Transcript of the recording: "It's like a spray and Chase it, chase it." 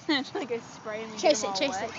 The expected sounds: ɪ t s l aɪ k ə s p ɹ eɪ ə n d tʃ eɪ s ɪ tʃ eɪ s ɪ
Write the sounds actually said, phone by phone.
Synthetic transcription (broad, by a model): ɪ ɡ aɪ ə s p ɹ eɪ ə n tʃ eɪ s ɪ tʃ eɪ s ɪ